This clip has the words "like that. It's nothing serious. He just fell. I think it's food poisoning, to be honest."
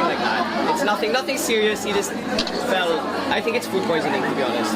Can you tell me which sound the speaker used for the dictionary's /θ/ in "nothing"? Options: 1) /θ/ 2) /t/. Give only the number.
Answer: 1